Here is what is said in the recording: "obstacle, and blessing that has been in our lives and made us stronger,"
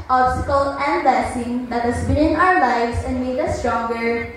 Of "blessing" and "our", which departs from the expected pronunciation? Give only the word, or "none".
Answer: blessing